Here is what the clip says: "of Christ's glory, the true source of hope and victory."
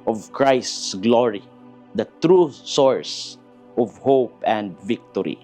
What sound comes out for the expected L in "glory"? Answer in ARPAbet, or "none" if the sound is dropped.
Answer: L